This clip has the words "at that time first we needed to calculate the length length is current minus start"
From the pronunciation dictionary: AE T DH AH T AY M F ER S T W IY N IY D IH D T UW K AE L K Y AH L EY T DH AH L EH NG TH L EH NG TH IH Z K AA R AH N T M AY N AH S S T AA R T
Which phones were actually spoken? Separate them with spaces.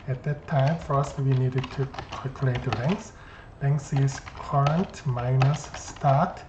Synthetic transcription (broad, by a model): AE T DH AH T AY M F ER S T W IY N IY D IH D T UW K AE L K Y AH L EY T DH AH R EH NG S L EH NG S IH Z K AA R AH N T M AY N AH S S T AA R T